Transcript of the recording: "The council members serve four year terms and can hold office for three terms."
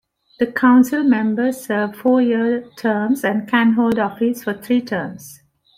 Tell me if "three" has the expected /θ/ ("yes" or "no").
no